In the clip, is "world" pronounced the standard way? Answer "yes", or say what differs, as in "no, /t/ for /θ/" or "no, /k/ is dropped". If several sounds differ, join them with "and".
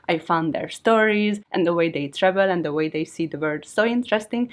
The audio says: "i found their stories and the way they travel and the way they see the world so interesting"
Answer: no, /l/ is dropped